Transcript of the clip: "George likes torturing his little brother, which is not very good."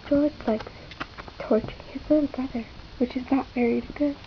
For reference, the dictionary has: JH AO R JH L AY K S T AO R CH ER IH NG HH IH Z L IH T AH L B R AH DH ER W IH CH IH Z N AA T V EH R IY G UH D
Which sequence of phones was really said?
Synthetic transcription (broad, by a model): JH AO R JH L AY K T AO R CH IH NG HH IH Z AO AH N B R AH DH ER W IH CH IH Z N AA T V EH R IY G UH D